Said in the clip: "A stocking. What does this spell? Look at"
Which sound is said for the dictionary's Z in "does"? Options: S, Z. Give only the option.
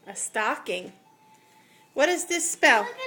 Z